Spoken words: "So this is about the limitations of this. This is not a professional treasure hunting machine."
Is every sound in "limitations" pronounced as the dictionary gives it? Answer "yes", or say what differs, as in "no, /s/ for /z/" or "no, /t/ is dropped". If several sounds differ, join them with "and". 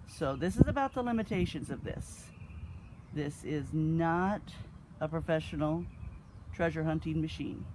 yes